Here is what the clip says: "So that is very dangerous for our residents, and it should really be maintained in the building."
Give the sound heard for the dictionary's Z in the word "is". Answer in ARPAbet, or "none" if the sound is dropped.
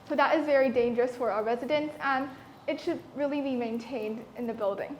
Z